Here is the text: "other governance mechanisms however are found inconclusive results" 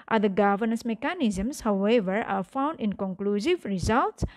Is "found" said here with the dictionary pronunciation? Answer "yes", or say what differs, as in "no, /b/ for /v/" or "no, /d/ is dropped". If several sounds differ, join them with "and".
yes